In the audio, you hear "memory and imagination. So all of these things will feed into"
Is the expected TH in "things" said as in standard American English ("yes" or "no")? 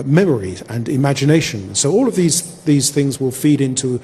yes